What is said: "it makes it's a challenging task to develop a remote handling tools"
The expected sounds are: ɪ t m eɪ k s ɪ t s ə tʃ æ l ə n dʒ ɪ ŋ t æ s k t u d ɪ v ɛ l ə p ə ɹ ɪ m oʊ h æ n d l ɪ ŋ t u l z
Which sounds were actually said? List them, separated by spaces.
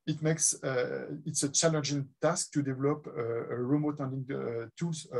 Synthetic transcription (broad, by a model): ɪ t m eɪ k s ɪ t s ə tʃ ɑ l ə n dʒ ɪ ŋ t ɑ s k t u d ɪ v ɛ l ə p ə ɹ ɪ m oʊ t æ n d ɪ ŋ t u l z